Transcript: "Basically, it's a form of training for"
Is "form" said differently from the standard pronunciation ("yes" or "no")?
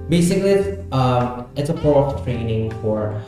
yes